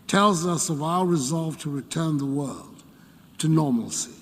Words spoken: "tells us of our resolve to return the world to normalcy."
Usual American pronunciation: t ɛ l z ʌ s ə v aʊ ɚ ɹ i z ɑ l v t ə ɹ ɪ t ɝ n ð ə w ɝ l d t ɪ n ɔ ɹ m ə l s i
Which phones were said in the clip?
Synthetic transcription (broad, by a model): t ɛ l z ʌ s ə v aʊ ɚ ɹ i z ɑ l v t ə ɹ ɪ t ɝ n ð ə w ɝ l d t ɪ n ɔ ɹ m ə l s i